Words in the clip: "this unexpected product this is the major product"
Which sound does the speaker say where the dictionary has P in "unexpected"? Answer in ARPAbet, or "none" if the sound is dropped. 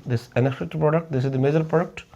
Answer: F